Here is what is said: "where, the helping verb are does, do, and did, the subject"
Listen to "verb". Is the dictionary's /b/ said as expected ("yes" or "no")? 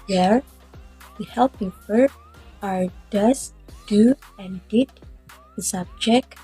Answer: no